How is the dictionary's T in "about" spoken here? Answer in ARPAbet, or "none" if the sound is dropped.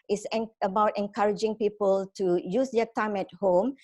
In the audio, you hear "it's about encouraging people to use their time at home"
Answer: T